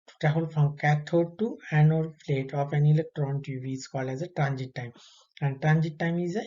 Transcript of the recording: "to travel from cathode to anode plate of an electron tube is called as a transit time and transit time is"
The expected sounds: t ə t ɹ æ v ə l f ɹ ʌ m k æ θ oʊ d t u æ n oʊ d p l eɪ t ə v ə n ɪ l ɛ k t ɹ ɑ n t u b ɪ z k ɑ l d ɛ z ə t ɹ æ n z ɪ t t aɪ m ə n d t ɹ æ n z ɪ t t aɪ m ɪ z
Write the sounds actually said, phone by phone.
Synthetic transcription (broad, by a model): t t æ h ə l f ɹ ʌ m k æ t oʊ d t u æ n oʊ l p l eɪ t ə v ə n ɪ l ɛ k t ɹ ɑ n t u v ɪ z k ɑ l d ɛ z ə t ɹ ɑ n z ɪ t t aɪ m ə n d t ɹ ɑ n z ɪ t t aɪ m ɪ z